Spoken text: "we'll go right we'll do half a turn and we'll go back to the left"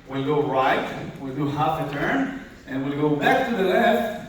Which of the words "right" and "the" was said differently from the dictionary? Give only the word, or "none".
none